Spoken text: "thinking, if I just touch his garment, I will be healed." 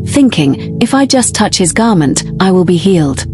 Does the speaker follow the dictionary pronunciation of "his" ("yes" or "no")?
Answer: yes